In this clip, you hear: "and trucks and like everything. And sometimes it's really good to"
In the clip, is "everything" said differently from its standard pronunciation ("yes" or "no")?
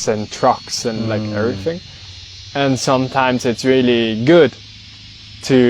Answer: no